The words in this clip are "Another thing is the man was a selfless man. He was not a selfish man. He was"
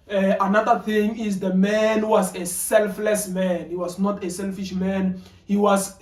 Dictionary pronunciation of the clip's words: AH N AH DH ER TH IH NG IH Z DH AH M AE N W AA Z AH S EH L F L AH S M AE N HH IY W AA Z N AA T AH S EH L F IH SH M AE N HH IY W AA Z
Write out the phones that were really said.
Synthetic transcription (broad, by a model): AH N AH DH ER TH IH NG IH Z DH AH M AE N W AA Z AH S EH L F L AH S M AE N HH IY W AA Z N AA T AH S EH L F IH SH M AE N HH IY W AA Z